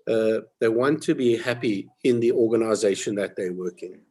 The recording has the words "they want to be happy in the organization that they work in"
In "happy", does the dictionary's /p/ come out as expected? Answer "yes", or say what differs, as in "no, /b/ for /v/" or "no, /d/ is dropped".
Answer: yes